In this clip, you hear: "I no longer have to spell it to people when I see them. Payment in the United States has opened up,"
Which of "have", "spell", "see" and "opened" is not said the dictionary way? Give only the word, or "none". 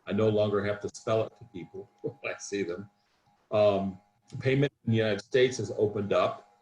have